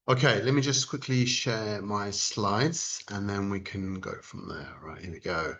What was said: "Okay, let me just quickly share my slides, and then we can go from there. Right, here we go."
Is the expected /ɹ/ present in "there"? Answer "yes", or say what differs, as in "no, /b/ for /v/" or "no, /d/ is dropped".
no, /l/ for /ɹ/